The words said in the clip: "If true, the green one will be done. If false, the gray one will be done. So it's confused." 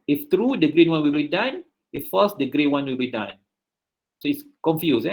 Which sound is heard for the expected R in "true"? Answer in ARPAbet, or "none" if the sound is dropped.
R